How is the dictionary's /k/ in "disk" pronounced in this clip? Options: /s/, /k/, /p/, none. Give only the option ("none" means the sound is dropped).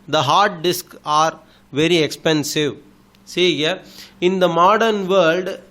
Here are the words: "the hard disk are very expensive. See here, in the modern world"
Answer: /k/